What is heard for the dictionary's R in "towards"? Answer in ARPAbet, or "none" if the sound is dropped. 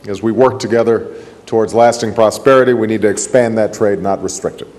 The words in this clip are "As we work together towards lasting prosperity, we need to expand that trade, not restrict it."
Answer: R